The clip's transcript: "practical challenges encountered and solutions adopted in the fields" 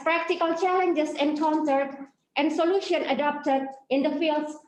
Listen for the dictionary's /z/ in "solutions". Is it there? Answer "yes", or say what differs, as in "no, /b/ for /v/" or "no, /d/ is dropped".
no, /z/ is dropped